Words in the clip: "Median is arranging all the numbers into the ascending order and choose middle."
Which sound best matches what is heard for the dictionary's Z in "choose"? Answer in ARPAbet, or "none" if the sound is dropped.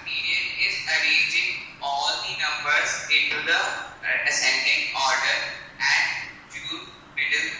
none